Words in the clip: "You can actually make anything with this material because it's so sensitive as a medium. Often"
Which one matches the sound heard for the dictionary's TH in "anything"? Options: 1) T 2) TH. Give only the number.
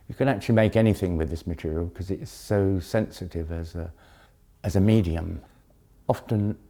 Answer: 2